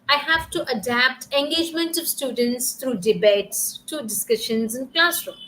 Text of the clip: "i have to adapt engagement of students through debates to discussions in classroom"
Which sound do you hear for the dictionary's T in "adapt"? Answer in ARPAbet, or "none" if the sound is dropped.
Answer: T